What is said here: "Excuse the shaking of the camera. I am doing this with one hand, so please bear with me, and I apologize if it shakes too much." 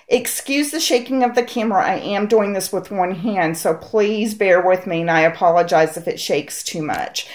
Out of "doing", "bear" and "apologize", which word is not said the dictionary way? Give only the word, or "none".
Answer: none